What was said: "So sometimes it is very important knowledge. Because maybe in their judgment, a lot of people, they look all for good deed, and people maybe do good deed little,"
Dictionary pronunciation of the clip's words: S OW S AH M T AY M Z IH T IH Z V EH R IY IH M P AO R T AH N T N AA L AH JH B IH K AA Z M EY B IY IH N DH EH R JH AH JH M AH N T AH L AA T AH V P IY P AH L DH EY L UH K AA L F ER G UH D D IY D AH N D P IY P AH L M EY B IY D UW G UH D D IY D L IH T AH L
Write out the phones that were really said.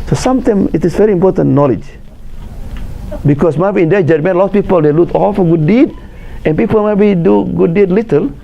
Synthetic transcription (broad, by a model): S OW S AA M T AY M IH T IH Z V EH R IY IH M P AO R T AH N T N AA L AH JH B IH K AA S M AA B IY IH N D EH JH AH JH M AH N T L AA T P IY P AH L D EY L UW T AA L F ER G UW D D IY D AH N P IY P AH L M EY B IY D UW G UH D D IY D L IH T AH L